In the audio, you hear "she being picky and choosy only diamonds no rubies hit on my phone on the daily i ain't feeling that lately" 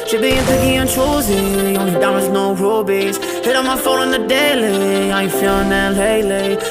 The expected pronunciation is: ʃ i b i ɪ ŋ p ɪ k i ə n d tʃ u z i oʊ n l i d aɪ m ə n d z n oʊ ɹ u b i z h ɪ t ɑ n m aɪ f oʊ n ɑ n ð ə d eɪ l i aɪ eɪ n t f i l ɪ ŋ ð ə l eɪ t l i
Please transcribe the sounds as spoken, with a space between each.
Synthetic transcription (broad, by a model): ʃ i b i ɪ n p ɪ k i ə n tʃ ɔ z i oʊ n i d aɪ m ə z n oʊ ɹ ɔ b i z h ɪ t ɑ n m aɪ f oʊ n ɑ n ð ə d eɪ l i aɪ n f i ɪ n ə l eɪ l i